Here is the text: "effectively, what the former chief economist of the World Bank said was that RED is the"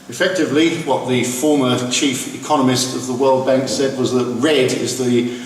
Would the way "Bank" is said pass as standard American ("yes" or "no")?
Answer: yes